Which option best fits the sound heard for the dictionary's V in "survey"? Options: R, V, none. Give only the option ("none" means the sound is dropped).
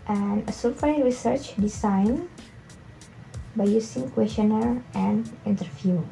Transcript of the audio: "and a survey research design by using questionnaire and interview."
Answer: none